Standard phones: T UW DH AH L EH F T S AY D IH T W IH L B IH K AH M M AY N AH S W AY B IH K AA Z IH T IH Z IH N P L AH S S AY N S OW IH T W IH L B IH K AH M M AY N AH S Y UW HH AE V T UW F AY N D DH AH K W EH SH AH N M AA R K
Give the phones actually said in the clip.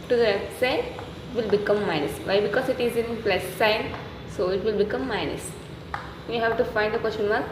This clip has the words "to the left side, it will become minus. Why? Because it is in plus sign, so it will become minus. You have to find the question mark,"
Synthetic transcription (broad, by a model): T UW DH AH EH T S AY IH T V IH L B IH K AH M M AY N AH S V AY B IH K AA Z IH T IH Z IH N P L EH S S AY N S OW IH T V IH L B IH K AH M M AY N AH S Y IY HH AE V T UW F AY N D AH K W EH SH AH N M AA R